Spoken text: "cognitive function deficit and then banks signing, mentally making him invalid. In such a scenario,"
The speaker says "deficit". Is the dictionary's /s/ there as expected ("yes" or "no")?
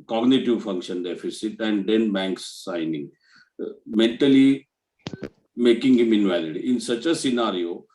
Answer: yes